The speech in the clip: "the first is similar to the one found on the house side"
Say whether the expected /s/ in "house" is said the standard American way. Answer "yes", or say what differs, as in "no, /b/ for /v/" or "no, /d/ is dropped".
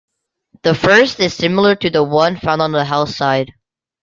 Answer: no, /θ/ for /s/